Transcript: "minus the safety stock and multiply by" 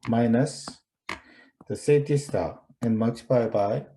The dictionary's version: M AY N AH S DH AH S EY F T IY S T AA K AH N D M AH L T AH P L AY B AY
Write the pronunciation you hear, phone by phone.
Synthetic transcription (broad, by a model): M AY N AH S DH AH S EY T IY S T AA AH N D M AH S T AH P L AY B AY